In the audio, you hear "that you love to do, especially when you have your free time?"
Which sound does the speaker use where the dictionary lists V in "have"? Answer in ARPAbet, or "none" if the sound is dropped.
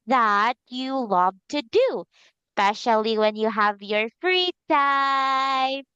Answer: V